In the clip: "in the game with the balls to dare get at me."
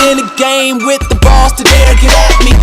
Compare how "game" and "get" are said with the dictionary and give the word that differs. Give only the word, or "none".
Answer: get